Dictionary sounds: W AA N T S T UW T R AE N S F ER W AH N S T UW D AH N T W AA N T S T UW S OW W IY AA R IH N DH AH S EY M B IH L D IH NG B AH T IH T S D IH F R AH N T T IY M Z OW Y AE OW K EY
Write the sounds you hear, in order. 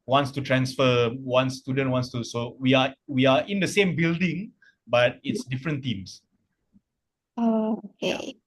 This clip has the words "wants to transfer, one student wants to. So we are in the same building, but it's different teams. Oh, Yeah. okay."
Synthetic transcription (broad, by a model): W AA N T S T UW T R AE N S F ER W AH N S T UW D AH N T W AA N T S T UW S OW W IY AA W IH N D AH S EY M B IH L D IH NG B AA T IH T S D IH F R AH N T T IY M S OW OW K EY